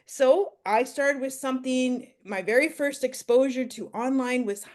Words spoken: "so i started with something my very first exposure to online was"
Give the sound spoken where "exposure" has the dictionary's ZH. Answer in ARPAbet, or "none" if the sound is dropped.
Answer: ZH